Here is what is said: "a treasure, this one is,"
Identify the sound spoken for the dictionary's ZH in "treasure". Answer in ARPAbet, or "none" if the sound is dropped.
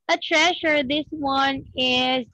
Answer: SH